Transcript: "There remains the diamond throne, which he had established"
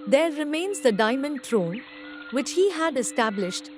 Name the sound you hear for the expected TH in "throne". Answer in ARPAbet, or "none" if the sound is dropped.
T